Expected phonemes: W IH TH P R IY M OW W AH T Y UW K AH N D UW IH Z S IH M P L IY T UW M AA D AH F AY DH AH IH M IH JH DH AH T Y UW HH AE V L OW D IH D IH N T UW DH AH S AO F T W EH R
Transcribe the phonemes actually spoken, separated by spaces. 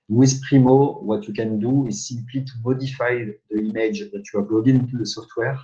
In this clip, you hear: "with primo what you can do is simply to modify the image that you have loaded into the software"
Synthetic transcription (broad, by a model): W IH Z P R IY M OW W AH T Y UW K AH N D UW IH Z S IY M P L IY T UW M AA D AH F AY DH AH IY M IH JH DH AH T Y UW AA B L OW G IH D IH N T UW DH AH S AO F T W EH R